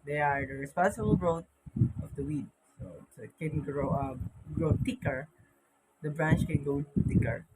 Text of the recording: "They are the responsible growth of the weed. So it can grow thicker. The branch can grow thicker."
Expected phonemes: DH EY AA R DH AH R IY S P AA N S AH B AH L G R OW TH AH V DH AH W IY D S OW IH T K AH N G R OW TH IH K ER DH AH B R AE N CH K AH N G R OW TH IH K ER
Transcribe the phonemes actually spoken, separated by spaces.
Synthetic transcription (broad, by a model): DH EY AA R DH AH R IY S P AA N S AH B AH L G R OW T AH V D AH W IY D S OW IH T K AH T G R OW T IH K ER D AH B R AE N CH K AH N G OW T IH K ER